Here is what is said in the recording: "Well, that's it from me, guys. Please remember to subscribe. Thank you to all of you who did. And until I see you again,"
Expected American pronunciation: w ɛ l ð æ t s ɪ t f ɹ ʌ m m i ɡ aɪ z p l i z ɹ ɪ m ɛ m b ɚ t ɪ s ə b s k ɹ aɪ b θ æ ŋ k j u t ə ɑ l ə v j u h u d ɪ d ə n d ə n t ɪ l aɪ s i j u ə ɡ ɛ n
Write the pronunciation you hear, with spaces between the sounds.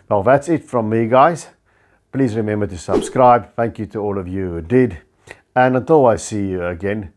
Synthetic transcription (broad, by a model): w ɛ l ð æ t s ɪ t f ɹ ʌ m m i ɡ aɪ z p l i z ɹ ɪ m ɛ m b ɚ t ɪ s ə b s k ɹ aɪ b θ æ ŋ k j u t ə ɑ l ə v j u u d ɪ d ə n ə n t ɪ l aɪ s i j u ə ɡ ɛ n